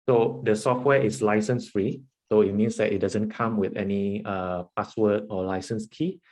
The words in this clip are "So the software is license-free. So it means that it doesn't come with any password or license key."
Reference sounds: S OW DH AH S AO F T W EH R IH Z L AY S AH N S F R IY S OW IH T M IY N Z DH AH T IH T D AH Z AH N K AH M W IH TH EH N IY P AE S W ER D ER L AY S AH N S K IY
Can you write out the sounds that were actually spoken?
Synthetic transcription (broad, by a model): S OW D AH S AO F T W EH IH S L AY S AH N S F R IY S OW IH T M IY N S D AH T IH T D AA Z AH N K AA M W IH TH EH N IY P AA S W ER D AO L AY S AH N S K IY